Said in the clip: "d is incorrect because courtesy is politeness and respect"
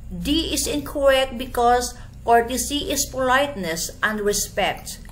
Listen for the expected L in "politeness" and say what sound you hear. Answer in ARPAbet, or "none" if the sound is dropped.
L